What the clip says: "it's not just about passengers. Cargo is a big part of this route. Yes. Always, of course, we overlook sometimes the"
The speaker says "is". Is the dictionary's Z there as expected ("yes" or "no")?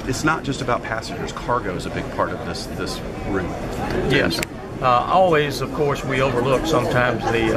yes